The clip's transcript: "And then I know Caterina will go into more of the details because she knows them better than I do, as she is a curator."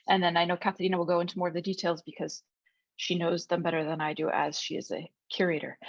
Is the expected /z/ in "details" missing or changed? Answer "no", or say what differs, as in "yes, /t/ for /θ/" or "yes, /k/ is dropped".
no